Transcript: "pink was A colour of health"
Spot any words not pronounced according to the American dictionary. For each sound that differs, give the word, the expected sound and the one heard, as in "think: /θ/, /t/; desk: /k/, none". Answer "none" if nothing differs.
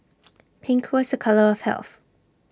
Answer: none